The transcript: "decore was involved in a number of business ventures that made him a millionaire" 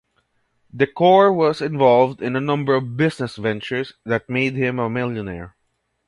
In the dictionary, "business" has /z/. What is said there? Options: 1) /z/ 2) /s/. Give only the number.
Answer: 2